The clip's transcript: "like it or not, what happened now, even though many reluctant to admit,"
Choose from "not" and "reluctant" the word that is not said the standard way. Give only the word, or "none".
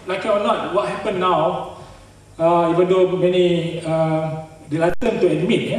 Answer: reluctant